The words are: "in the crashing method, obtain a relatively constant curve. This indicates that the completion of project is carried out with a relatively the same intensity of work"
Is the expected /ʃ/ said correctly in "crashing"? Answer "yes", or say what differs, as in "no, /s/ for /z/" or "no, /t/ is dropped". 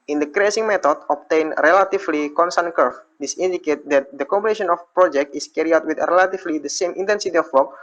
no, /s/ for /ʃ/